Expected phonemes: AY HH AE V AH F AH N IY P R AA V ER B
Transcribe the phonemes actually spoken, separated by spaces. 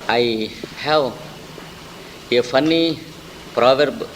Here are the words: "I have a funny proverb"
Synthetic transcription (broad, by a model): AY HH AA W AH F AH N IY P R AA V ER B